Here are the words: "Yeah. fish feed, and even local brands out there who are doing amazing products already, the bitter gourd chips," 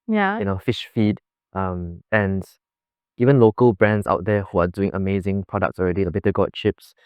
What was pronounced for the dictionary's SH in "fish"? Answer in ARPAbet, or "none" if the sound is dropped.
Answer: SH